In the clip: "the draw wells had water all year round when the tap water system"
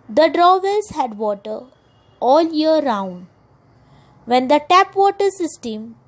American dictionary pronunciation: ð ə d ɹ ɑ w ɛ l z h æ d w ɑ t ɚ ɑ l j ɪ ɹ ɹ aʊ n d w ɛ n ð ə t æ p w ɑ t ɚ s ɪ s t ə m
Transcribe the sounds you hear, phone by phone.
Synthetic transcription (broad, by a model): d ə d ɹ ɑ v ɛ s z h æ d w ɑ t ɚ ɑ l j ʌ ɹ ɹ aʊ n d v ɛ n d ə t æ p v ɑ t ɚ s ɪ s t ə m